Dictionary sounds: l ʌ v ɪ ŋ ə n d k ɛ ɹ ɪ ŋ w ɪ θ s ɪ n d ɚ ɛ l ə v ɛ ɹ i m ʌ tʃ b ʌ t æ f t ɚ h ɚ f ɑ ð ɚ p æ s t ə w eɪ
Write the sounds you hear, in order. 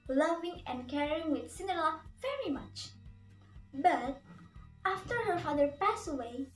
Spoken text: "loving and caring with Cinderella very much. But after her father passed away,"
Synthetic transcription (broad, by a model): l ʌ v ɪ ŋ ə n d k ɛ ɹ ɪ ŋ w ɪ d s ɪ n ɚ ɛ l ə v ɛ ɹ i m ʌ tʃ b ʌ t æ f t ɚ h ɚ f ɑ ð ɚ p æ s ə w eɪ